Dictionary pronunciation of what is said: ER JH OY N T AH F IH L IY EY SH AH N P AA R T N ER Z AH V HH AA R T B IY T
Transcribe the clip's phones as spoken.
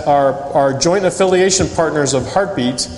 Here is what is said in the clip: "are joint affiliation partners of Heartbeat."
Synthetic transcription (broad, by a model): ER JH OY N T AH F IH L IY EY SH AH N P AA R T N ER Z AH V HH AA R T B IY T